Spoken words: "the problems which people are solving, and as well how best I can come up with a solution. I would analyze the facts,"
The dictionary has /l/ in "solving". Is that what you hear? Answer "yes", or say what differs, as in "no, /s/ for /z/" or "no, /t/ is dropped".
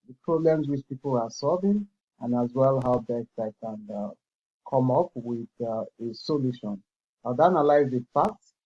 yes